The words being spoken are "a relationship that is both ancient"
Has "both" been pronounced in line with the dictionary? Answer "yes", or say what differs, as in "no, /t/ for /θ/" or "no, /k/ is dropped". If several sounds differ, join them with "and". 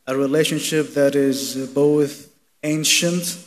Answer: yes